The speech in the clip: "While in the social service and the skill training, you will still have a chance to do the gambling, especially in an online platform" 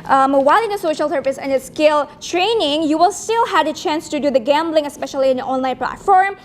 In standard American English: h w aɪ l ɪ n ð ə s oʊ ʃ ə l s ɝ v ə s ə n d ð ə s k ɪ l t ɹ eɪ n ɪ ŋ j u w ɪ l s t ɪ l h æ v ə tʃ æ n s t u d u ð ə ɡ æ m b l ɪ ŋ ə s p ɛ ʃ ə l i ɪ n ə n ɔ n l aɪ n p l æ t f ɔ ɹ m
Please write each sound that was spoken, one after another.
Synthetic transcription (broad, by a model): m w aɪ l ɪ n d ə s oʊ ʃ ə l s ɝ v ə s ə n d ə s k ɪ l t ɹ eɪ n ɪ ŋ j u w ɪ l s t ɪ l h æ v ə tʃ æ n s t u d u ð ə ɡ æ m b l ɪ ŋ ə s p ɛ ʃ ə l i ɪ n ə ɔ n l aɪ n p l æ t f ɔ ɹ m